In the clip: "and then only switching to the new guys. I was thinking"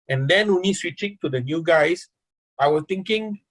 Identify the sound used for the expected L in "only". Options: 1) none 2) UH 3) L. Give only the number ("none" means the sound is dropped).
1